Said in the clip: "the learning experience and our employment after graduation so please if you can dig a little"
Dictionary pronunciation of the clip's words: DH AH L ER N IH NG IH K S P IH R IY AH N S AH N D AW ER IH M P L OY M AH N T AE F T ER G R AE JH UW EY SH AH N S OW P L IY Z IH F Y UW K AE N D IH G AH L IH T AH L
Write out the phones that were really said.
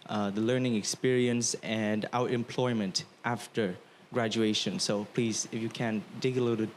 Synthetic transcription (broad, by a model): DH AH L ER N IH NG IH K S P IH R IY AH N S AH N D AW ER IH M P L OY M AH N T AE F T ER G R AE JH UW EY SH AH N S OW P L IY Z IH F Y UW K AE N D IH G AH L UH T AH